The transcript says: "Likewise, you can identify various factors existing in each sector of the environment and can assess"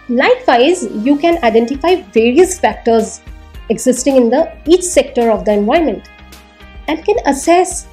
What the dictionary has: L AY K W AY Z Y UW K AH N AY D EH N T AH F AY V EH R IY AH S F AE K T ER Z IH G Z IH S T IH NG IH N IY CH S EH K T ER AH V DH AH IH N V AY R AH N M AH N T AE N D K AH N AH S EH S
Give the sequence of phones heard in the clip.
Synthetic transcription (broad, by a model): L AY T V AY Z Y UW K AH N AY D EH N T AH F AY V EH R IY AH S F AE K T ER Z IH G Z IH S T IH NG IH N IY CH S EH K T ER AH V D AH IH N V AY AH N M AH N T AE N D K AH N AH S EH S